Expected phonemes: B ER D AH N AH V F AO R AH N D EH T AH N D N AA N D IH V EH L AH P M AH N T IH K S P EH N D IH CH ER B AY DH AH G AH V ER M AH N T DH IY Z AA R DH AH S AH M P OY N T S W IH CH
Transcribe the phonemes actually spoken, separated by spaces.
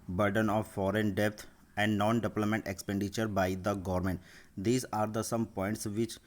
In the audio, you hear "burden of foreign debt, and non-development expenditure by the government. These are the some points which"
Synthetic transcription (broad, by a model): B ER D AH N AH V F AO R AH N D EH T AH N D N AA N D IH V L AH M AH N T IH K S P EH N D IH CH ER B AY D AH G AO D M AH N T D IY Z AA R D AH S AH M P OY N T S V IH CH